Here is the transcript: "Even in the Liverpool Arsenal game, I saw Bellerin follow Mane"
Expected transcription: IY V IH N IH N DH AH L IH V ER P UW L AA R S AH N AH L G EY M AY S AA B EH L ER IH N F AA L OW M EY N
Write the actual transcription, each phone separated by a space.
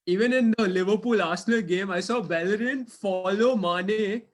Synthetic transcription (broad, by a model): IY V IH N IH N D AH L IH V ER P UW L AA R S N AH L G EY M AY S AA B EH L ER IH N F AA L OW M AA N